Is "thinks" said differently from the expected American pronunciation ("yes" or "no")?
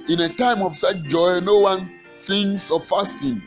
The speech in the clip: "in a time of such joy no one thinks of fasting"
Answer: yes